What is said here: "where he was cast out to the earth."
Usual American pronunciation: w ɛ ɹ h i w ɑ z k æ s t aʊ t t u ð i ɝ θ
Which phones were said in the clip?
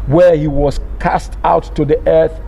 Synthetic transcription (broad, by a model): w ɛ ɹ h i w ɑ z k æ s t aʊ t t u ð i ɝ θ